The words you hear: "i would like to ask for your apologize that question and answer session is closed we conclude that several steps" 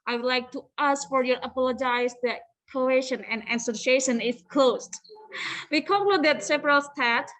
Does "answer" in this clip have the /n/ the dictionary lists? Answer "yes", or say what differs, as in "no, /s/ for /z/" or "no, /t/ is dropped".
no, /n/ is dropped